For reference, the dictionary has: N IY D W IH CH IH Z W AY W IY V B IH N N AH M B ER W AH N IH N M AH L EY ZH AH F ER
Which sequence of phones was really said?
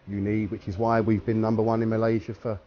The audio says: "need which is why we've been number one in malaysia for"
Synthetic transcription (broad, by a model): N IY D W IH CH IH Z W AY W IY V B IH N N AH M B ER W AH N IH N M AH L EY ZH AH F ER